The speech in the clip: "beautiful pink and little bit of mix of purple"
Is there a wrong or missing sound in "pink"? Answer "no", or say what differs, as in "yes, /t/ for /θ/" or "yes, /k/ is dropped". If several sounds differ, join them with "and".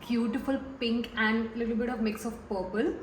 no